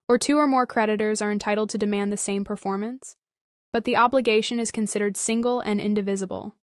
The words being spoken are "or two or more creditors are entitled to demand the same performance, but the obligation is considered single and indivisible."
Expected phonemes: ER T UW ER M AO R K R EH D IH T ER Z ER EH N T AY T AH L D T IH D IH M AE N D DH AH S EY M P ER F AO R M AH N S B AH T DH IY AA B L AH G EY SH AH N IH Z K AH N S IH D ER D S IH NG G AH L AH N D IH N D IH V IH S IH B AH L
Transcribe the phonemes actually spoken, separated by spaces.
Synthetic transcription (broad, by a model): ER T UW ER M AO R K R EH D IH T ER Z ER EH N T AY T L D T IH D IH M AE N DH AH S EY M P ER F AO R M AH N S B AH T DH IY AA B L AH G EY SH AH N IH Z K AH N S IH D ER D S IH NG G L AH N IH N D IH V IH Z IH B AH L